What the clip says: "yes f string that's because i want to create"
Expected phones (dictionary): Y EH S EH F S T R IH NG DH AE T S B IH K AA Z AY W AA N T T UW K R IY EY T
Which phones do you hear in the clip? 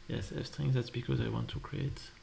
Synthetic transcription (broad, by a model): Y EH S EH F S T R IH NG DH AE T S B IH K AA Z AY W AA N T T UW K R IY EY T